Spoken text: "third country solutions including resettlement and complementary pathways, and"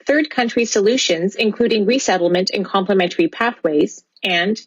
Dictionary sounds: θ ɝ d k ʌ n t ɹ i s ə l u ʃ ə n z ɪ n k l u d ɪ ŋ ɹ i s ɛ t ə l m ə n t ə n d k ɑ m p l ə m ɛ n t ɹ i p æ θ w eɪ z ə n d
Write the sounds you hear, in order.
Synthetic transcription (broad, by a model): θ ɝ d k ʌ n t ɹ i s ə l u ʃ ə n z ɪ n k l u d ɪ ŋ ɹ i s ɛ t l m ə n t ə n k ɑ m p l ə m ɛ n t ɹ i p æ θ w eɪ z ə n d